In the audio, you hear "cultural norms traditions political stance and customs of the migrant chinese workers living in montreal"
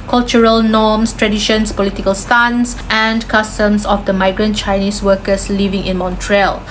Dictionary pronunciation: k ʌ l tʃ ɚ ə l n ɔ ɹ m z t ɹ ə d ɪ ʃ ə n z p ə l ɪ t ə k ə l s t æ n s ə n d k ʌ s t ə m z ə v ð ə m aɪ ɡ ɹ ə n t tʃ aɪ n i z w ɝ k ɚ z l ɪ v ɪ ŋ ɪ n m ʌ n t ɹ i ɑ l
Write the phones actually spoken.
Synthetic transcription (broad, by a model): k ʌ l tʃ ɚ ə l n ɔ m s t ɹ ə d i ʃ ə n s p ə l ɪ t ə k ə l s t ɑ n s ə n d k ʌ s t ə m s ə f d ə m aɪ ɡ ɹ ə n t tʃ aɪ n i s w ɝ k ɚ s l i v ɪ ŋ ɪ n m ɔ n t ɹ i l